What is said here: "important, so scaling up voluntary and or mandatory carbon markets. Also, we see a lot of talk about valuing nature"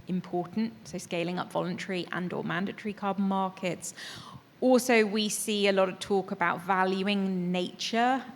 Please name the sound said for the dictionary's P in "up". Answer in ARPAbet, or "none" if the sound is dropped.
P